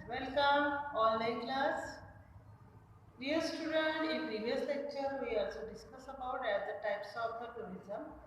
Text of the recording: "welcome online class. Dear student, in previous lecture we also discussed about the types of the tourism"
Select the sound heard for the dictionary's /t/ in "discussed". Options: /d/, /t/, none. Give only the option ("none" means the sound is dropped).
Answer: none